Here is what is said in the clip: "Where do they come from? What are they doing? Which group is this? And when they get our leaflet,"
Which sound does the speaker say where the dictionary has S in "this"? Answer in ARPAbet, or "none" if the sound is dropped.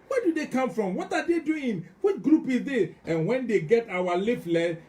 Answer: none